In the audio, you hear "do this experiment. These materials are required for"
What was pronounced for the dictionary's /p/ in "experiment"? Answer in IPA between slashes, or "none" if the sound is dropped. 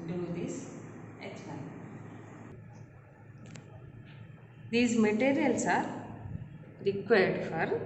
none